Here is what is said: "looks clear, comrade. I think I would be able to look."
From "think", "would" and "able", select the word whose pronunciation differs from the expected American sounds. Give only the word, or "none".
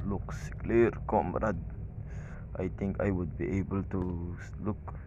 think